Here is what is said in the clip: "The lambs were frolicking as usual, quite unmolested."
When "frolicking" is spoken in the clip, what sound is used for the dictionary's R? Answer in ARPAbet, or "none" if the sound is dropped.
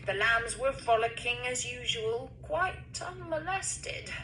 none